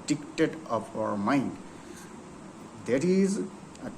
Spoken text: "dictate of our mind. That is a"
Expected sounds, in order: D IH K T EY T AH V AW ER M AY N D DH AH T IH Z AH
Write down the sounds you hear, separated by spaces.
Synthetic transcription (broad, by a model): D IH K T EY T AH P AW ER M AY N D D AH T IH Z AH